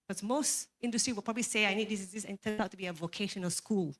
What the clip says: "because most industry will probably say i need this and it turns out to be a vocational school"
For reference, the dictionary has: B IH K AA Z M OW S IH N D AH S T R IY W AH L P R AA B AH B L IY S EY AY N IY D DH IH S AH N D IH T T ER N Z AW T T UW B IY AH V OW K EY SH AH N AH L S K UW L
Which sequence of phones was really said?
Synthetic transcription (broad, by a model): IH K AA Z M OW S IH N D AH S T R IY W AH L P R AA B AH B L IY S EY AY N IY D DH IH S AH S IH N T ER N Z AW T T UW B IY AH V OW K EY SH AH N AH L S K UW L